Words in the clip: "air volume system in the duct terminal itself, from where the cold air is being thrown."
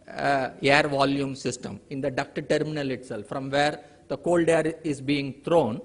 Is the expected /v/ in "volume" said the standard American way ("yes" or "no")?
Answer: yes